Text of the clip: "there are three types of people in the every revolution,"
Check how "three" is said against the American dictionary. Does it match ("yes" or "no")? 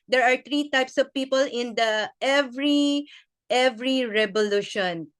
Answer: no